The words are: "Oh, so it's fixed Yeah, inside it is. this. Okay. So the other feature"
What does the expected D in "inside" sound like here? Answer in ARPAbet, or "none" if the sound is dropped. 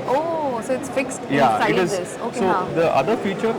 none